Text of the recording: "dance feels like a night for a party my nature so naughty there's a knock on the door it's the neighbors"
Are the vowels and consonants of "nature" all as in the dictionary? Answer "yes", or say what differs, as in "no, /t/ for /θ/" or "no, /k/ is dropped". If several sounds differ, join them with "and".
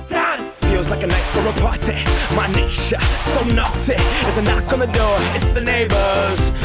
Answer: no, /ʃ/ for /tʃ/